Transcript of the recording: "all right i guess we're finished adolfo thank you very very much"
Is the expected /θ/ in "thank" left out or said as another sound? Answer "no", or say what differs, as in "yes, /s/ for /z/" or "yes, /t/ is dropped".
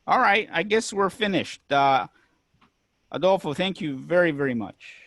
no